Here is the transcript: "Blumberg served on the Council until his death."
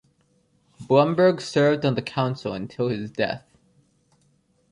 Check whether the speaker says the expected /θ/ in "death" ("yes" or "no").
yes